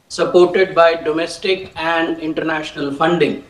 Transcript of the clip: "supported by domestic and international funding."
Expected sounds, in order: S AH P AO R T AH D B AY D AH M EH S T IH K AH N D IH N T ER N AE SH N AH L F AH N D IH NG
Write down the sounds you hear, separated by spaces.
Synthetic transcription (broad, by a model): S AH P AO R T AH D B AY D AH M EH S T IH K AH N D IH N T ER N AE SH N AH L F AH N D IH NG